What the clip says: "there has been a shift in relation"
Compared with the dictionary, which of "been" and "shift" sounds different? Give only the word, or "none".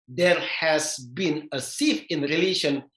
shift